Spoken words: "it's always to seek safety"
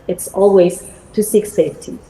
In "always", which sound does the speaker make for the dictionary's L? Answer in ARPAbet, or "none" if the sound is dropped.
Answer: L